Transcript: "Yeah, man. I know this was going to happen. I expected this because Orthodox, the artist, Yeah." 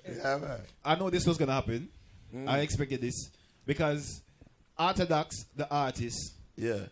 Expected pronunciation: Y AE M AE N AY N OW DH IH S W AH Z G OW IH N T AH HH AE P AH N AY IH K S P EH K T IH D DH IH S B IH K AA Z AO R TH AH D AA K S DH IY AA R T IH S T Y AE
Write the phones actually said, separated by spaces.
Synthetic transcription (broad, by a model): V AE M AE AY N OW DH IH S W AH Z G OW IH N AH HH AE P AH N AY IH K S P EH K T IH D DH IH S B IH K AA Z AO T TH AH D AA K S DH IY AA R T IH S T Y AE